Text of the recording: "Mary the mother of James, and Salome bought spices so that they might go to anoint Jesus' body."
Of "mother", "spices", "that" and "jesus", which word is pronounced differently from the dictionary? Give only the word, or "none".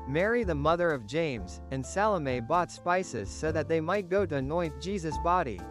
none